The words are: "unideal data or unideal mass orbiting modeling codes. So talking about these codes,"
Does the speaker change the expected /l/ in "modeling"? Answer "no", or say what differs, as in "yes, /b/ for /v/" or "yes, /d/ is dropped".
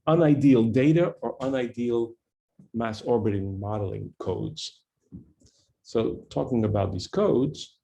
no